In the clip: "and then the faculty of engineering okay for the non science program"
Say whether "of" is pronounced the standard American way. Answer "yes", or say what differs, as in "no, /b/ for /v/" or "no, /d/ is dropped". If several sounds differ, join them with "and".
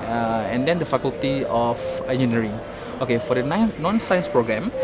no, /f/ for /v/